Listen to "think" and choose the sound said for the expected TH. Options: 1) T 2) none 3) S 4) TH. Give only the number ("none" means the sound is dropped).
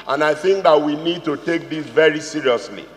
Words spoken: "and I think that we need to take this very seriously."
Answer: 4